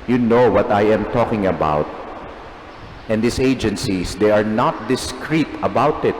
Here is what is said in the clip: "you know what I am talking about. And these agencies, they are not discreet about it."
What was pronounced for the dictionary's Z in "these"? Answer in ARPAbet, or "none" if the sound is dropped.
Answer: S